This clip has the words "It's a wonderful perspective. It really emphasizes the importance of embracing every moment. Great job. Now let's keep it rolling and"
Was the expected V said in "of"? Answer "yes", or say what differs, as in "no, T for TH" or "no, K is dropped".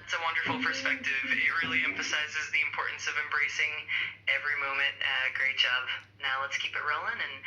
yes